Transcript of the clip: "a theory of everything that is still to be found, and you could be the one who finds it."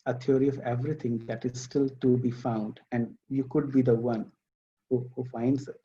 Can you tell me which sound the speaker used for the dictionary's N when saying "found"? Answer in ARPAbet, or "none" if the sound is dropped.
N